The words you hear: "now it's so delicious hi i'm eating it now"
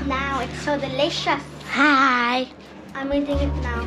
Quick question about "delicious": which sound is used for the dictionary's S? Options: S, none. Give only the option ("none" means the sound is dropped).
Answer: none